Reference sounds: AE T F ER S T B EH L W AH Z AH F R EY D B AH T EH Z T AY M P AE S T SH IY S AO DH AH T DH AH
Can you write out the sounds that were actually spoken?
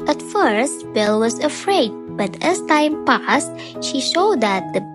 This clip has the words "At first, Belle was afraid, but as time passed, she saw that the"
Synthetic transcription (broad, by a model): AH T F ER S T B EH L W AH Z AH F R EY D B AH T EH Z T AY M P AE S T SH IY SH AO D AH T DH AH